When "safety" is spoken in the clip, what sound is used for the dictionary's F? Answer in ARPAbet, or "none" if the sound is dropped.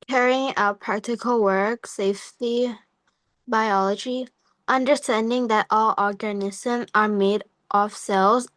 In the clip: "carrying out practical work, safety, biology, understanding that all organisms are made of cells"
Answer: F